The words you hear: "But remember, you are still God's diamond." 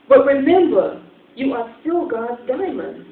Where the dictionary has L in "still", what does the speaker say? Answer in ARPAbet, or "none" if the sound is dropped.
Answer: L